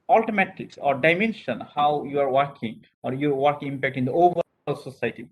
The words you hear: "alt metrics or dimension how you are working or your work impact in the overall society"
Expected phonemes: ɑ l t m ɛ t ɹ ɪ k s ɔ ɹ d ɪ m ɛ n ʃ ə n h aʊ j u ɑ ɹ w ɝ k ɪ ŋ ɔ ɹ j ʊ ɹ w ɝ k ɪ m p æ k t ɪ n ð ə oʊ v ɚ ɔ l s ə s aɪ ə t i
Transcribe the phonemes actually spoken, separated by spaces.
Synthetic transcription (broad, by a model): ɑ l t m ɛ t ɪ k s ɔ ɹ d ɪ m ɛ n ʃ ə n h aʊ j u ɑ ɹ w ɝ k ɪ ŋ ɔ ɹ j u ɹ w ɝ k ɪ m p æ k t ɪ n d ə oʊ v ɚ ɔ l s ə s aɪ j t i